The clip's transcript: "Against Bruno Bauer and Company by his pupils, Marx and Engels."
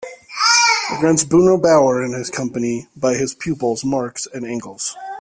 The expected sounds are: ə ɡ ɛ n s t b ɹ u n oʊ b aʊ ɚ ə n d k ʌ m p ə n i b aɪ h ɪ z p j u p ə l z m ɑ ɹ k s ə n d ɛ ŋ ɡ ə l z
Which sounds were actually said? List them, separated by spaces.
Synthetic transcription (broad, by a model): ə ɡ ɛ n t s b u n oʊ b aʊ ɚ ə n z k ʌ m p ə n i b aɪ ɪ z p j u p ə l z m ɑ ɹ k s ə n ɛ ŋ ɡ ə l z